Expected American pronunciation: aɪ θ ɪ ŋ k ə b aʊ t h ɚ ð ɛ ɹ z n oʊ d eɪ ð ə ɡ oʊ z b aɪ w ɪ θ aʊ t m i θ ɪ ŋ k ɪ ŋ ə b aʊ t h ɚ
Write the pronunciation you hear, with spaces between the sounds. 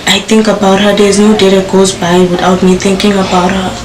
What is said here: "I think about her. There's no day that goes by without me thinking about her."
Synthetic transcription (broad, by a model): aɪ t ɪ ŋ k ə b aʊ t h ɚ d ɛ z n oʊ d eɪ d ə ɡ oʊ z b aɪ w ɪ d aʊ t m i t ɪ ŋ k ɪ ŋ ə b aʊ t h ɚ